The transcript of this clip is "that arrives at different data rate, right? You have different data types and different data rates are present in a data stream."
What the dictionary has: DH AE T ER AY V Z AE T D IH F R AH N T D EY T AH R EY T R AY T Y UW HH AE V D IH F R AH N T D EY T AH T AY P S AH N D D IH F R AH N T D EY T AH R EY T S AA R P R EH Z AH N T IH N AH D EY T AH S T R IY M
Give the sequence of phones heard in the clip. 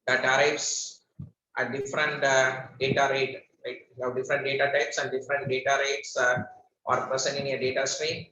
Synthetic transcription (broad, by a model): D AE T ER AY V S T D IH F R AH N T D EY T AH R EY T L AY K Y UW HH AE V D IH F R AH N T D EY T AH T AY P S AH N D D IH F R AH N T D EY T AH R EY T S AA R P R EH S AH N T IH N AH D EY T AH S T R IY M